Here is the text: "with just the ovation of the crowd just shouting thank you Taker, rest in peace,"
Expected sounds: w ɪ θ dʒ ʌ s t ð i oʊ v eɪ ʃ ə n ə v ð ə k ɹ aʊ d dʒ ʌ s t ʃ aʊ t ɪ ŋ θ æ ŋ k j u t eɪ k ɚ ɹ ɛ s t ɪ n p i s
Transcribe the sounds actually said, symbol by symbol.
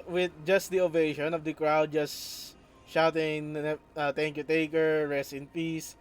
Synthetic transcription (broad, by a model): w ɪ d dʒ ʌ s t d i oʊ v eɪ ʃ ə n ə v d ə k ɹ aʊ d dʒ ʌ s t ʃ aʊ t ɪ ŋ t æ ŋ k j u t eɪ k ɚ ɹ ɛ s t ɪ n p i s